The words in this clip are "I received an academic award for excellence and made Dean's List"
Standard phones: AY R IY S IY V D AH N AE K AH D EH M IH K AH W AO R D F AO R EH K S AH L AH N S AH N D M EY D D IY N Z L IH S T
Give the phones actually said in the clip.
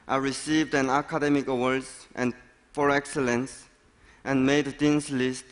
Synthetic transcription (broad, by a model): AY R IY S IY V D AH N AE K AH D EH M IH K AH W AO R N F AO R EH K S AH L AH N S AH N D M EY D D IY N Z L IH S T